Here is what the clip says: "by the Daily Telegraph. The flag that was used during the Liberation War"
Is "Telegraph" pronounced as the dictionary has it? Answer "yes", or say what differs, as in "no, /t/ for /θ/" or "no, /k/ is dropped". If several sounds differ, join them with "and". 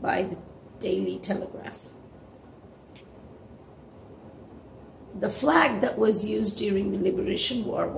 yes